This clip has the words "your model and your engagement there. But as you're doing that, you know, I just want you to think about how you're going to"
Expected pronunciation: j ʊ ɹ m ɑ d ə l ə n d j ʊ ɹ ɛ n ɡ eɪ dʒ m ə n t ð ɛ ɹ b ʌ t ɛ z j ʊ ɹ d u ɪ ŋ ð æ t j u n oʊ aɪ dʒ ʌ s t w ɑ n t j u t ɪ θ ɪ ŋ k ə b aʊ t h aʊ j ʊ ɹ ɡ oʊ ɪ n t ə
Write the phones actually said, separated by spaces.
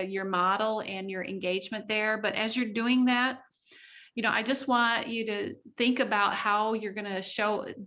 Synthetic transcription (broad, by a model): j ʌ ɹ m ɑ d l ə n j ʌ ɹ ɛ n ɡ eɪ dʒ m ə n ð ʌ ɹ b ʌ t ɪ z j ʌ ɹ d u ɪ ŋ ð æ t j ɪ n oʊ aɪ dʒ ʌ s t w ɑ n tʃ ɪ t ɪ θ ɪ ŋ k ə b aʊ t h aʊ j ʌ ɹ ɡ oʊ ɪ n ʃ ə